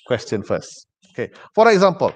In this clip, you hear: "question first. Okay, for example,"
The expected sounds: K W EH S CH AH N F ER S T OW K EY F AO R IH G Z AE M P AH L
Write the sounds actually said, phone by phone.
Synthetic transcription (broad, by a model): K W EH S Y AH N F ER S OW K EY F AO R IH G Z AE M P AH L